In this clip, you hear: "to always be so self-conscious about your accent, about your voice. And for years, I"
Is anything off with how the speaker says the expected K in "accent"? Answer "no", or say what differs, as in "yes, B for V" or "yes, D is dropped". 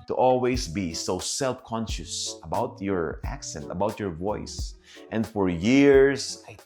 no